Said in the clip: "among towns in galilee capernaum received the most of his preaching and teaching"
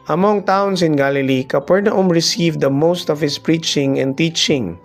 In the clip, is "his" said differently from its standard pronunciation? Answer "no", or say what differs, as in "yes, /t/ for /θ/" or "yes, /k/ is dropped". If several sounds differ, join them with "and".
yes, /s/ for /z/